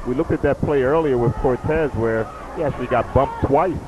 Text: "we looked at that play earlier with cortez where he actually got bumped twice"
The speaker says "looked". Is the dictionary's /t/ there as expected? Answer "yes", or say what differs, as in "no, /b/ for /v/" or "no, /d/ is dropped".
yes